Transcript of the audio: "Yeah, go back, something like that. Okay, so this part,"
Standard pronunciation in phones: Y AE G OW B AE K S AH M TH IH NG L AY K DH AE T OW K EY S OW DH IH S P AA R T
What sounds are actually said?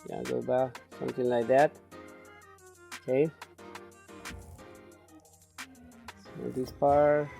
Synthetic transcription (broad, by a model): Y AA G OW B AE K S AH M T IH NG L AY K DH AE T OW K EY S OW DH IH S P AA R